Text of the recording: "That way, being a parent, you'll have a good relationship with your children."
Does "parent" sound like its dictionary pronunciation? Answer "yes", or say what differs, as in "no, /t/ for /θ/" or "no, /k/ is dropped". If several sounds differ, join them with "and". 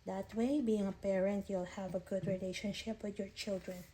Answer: yes